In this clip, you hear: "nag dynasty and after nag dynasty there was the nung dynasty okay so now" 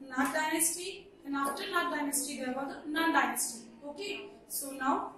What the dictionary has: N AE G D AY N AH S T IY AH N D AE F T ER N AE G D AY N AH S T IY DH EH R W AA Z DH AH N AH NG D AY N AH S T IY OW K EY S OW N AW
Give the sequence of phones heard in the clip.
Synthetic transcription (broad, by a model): N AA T D AY N AH S T IY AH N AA T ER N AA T D AY N AH S T IY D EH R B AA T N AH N D AY N AH S T IY OW K EY S OW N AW